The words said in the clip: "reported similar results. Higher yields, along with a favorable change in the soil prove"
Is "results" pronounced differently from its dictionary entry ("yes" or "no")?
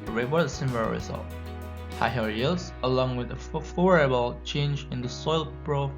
yes